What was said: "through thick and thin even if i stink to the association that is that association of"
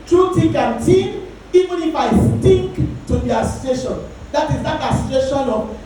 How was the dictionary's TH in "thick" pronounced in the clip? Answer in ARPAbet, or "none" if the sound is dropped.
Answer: T